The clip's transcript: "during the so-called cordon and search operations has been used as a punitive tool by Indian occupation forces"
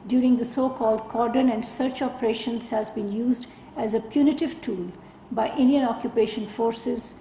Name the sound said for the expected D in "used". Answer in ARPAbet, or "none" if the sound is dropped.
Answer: D